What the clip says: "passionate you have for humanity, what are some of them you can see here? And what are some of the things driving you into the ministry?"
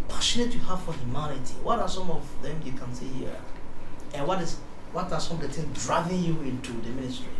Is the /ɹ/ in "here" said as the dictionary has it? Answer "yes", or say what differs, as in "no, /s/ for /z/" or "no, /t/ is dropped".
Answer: no, /w/ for /ɹ/